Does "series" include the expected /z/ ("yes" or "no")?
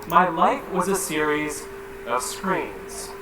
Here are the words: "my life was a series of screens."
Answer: yes